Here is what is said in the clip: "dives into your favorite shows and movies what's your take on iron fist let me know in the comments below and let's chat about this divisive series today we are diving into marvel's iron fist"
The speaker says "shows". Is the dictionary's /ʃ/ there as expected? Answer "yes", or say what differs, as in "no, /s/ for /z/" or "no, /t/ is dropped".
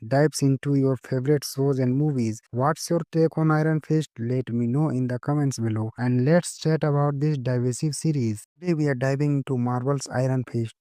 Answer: no, /s/ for /ʃ/